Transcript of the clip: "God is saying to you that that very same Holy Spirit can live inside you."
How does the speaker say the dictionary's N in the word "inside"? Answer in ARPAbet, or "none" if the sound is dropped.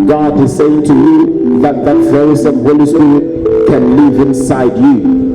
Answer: N